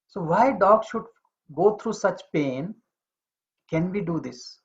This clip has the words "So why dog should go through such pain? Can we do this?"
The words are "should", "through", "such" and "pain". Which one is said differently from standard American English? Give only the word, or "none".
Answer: through